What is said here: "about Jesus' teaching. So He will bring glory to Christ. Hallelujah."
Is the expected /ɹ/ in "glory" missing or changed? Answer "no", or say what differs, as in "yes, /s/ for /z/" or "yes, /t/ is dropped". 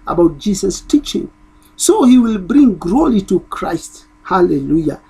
yes, /l/ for /ɹ/